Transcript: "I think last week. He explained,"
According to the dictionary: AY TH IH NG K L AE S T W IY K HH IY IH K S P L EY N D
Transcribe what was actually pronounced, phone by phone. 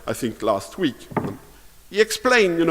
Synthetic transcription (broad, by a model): AY TH IH NG K L AE S T W IY K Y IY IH K S P L EY N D